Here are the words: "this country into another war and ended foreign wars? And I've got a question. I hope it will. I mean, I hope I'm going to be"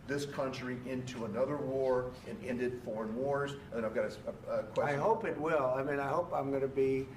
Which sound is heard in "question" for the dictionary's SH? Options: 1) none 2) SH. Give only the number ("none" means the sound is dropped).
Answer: 1